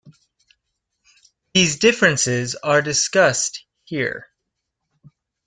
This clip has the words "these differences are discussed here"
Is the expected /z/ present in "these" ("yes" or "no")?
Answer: yes